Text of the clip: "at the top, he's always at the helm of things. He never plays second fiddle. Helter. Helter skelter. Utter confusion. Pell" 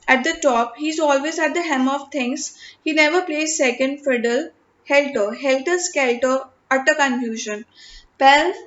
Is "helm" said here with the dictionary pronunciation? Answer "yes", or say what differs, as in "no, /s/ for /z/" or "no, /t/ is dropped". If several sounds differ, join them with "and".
no, /l/ is dropped